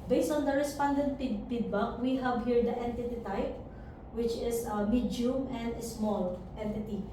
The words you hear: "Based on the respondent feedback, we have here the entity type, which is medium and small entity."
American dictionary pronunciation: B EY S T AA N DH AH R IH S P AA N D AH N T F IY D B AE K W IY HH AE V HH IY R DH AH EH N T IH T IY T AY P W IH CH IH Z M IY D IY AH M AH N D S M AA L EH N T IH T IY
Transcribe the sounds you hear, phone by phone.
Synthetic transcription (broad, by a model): B EY S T AA N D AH R IH S P AA N D AH N T P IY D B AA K W IY HH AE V HH IY R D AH EH N T IH T IY T AY P W IH CH IH S M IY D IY M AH N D S M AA L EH N T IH T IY